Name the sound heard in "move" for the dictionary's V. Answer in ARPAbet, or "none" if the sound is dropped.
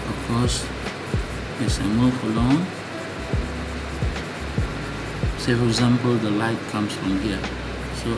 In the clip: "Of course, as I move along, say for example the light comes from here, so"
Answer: F